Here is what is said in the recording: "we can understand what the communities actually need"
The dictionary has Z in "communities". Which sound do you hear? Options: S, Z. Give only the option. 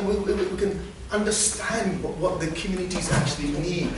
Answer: Z